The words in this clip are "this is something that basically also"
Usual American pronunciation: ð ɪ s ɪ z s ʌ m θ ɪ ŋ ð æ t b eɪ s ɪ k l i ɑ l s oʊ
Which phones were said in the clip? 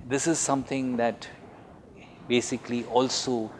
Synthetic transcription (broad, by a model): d ɪ s ɪ z s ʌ m t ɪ ŋ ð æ t b eɪ s ɪ k l i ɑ l s oʊ